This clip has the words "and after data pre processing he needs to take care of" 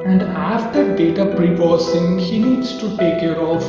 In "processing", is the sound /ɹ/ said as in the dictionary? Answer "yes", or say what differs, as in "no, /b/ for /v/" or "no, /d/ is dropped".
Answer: no, /ɹ/ is dropped